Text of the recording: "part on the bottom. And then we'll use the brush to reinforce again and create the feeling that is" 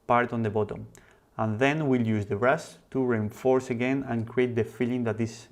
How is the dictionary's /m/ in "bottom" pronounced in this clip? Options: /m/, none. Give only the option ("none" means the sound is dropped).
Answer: /m/